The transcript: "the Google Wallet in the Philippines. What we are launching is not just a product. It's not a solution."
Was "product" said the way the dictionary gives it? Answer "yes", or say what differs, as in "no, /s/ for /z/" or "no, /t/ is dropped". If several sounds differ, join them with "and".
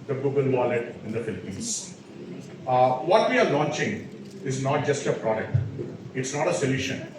yes